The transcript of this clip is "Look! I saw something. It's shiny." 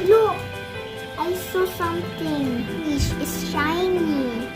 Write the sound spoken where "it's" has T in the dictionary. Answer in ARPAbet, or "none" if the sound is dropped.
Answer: S